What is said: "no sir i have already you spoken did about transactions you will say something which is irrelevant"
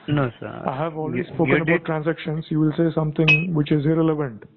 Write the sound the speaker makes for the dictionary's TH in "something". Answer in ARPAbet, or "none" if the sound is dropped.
T